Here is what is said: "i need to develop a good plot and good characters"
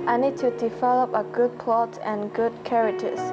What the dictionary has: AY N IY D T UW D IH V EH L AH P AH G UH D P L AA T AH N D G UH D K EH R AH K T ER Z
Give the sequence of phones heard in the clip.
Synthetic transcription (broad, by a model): AY N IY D T UW D IH V EH L AH P AH G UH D P L AA T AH N G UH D K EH R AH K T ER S